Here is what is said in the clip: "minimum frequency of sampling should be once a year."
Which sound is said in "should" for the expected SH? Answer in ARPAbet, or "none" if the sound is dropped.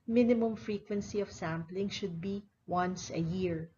SH